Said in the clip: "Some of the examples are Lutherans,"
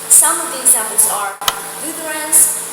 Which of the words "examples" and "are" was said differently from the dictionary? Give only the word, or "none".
examples